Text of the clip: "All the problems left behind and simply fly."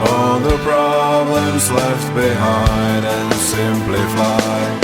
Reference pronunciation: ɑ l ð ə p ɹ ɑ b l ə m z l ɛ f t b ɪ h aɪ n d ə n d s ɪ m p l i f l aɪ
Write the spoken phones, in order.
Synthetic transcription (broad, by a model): ɑ l ð ə p ɹ ɑ b l ə m z l ɛ f t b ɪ h aɪ n d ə n s ɪ m p l i f aɪ